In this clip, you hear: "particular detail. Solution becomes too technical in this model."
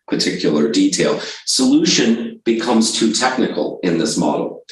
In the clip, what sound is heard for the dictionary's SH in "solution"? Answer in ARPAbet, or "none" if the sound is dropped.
SH